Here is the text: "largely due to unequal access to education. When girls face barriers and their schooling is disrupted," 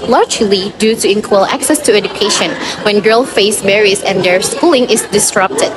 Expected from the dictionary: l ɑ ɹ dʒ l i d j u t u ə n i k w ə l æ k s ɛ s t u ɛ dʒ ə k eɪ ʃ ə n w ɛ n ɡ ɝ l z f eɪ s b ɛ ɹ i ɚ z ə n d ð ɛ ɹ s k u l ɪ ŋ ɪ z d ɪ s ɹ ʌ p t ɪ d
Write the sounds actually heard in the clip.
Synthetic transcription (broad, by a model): l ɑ ɹ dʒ l i d j u t u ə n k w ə l æ k s ɛ s t u ɛ dʒ ə k eɪ ʃ ə n w ɛ n ɡ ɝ l f eɪ s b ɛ ɹ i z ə n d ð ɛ ɹ s k u l ɪ ŋ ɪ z d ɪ s ɹ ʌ p t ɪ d